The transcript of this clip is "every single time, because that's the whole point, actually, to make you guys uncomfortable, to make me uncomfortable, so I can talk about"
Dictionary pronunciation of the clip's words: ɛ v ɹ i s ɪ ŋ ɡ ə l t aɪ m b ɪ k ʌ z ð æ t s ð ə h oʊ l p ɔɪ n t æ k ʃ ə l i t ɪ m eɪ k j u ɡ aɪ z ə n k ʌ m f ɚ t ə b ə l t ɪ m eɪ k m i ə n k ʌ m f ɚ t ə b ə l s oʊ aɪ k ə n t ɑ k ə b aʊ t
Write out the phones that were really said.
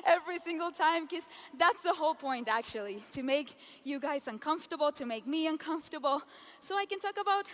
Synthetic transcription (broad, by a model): ɛ v ɹ i s ɪ ŋ ɡ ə l t aɪ m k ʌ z ð æ t s ð ə h oʊ l p ɔɪ n t æ k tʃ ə l i t ɪ m eɪ k j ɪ ɡ aɪ z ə n k ʌ m f t ə b l t ɪ m eɪ k m i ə n k ʌ m f t ə b l s oʊ aɪ k ə n t ɑ k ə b aʊ t